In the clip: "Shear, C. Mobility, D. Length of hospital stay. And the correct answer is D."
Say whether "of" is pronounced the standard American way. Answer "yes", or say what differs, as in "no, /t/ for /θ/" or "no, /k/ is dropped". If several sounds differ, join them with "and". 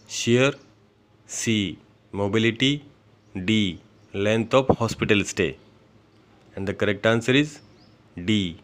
no, /p/ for /v/